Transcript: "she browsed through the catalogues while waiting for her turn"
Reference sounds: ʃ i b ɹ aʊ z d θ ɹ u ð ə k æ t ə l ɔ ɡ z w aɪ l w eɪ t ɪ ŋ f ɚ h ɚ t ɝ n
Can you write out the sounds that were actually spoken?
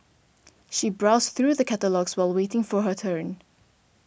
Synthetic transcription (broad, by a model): ʃ i b ɹ aʊ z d θ ɹ u ð ə k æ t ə l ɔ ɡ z w aɪ l w eɪ t ɪ ŋ f ɚ h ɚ t ɝ n